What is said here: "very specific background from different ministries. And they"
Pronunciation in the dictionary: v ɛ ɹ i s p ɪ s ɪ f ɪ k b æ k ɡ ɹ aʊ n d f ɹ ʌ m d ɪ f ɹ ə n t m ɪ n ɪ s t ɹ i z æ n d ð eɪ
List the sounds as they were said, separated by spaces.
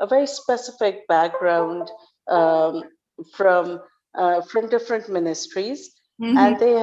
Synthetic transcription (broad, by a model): v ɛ ɹ i s p ɪ s ɪ f ɪ k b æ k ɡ ɹ aʊ n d f ɹ ʌ m d ɪ f ɹ ə n t m ɪ n ɪ s t ɹ i z æ n d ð eɪ